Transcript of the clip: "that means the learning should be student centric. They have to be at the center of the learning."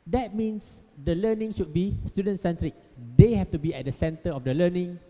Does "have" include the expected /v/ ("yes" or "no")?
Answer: no